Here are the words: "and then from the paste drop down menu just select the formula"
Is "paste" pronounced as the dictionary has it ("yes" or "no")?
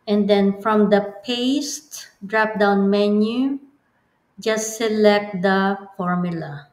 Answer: yes